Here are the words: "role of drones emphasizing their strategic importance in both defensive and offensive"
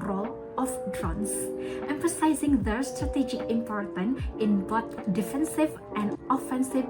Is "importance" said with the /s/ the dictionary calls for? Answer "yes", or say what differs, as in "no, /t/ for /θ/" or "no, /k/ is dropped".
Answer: no, /s/ is dropped